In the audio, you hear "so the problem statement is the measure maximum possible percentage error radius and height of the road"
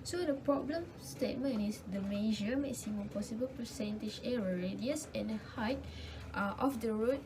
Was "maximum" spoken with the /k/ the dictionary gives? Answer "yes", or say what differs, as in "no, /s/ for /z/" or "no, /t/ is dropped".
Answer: no, /k/ is dropped